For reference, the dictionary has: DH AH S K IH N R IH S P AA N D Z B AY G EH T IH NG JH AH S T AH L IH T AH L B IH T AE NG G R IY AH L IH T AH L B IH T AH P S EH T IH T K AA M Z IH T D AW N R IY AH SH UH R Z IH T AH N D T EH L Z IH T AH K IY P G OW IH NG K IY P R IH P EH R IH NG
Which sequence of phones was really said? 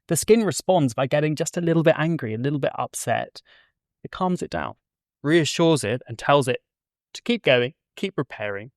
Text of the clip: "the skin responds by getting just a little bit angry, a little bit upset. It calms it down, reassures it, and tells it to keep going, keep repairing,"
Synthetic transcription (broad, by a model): DH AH S K IH N R IH S P AA N D Z B AY G EH T IH NG JH AH S T AH L IH T L B IH T AE NG G R IY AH L IH T L B IH T AH P S EH T IH T K AA M Z IH T D AW N R IY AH SH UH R Z IH T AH N T EH L Z IH T AH K IY P G OW IH NG K IY P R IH P EH R IH NG